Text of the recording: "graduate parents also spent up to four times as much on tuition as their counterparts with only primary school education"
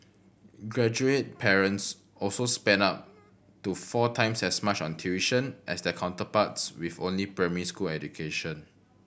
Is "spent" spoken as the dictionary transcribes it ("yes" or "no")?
no